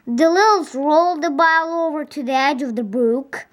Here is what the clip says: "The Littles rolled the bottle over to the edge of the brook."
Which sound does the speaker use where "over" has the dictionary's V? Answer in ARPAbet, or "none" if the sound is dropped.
V